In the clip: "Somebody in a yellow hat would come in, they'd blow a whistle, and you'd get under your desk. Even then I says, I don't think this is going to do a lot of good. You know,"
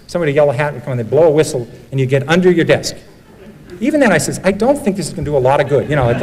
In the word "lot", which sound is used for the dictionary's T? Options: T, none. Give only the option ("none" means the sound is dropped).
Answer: T